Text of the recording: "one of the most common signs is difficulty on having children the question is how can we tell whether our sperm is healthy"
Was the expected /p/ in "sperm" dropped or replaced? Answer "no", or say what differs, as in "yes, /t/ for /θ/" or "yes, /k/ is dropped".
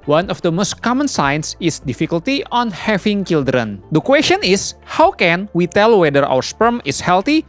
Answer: no